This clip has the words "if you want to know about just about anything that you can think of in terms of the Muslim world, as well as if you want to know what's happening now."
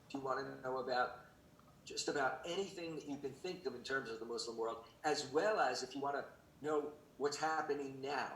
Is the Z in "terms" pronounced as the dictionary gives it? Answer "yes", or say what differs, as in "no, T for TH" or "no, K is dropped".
yes